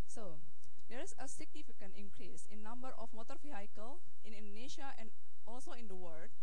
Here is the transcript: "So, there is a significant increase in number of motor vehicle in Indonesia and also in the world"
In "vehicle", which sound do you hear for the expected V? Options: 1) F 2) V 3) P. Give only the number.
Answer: 1